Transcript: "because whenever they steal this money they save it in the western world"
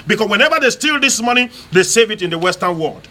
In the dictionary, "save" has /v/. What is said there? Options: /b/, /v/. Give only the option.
/v/